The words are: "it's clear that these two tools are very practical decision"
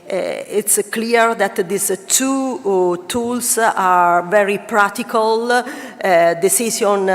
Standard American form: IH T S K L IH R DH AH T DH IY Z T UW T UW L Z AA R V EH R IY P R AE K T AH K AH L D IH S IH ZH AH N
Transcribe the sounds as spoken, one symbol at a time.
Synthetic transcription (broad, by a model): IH T S K L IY R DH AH T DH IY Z T UW T UW L S AA R V EH R IY P R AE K T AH K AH L D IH S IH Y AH N